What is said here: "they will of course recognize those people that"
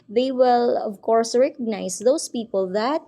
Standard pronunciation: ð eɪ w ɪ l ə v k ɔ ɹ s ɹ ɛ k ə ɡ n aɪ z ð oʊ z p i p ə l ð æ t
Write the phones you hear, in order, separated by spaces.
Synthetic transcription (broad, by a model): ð eɪ w ɪ l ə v k ɔ ɹ s ɹ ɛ k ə ɡ n aɪ s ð oʊ s p i p ə l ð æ t